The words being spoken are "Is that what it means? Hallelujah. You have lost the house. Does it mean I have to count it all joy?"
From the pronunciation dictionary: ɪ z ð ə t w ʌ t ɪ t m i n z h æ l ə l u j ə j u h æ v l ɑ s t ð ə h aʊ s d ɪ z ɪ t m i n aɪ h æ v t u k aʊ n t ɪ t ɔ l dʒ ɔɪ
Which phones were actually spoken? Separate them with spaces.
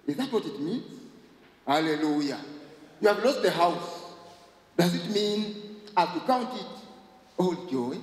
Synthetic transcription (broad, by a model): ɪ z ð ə t w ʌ t ɪ t m i n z h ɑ l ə l u j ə j u h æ v l ɑ s t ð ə h aʊ s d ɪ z ɪ t m i n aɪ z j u k aʊ n t ɪ t ɔ l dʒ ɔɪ